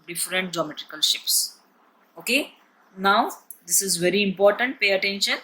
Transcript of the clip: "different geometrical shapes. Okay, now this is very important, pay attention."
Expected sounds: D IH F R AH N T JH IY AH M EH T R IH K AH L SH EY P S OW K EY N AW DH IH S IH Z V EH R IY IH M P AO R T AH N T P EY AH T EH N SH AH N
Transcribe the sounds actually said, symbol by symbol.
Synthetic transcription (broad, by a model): D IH F R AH N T JH IY AH M EH T R IH K AH L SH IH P S OW K EY N AW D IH S IH Z V EH R IY IH M P AO R T AH N T P EY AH T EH N SH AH N